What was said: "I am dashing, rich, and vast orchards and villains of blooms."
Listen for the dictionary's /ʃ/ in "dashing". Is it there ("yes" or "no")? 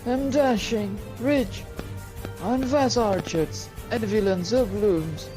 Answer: yes